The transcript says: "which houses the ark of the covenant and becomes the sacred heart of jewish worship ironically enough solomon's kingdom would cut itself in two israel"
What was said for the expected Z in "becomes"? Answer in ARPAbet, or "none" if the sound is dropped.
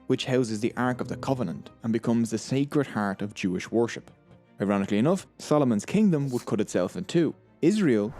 Z